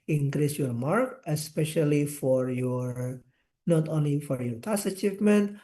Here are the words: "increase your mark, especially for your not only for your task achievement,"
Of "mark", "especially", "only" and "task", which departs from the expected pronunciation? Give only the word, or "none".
task